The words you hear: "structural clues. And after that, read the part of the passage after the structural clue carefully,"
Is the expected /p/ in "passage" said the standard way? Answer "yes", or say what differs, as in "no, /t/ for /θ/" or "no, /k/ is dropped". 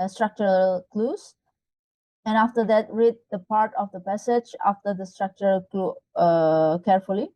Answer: yes